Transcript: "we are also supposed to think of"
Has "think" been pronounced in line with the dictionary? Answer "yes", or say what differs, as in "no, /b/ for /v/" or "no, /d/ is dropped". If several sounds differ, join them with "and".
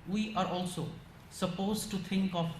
no, /t/ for /θ/